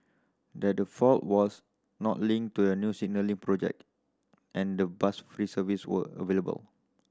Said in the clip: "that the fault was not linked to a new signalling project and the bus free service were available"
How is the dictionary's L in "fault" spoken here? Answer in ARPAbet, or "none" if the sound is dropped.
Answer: L